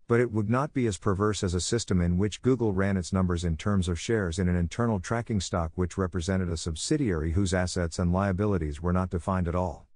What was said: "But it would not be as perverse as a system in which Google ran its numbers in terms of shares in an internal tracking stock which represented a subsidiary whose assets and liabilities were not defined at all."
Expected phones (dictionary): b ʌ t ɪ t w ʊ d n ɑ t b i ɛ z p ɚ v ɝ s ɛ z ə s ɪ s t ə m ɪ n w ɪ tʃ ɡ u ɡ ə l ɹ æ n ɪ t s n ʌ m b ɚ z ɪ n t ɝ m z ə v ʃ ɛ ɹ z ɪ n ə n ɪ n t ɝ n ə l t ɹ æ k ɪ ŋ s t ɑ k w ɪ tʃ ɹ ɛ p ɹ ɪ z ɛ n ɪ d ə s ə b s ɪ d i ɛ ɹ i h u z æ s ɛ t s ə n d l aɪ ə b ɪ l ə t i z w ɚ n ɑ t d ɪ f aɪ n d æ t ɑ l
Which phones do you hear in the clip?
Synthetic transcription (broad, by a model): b ʌ t ɪ t w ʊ d n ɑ t b i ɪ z p ɚ v ɝ s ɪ z ə s ɪ s t ə m ɪ n w ɪ tʃ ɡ u ɡ l ɹ æ n ɪ t s n ʌ m b ɚ z ɪ n t ɝ m z ə v ʃ ɛ ɹ z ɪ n ə n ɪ n t ɝ n l t ɹ æ k ɪ ŋ s t ɑ k w ɪ tʃ ɹ ɛ p ɹ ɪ z ɛ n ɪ d ə s ə b s ɪ d i ɛ ɹ i h u z æ s ɛ t s ə n d l aɪ ə b ɪ l ə t i z w ɚ n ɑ t d ɪ f aɪ n d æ t ɑ l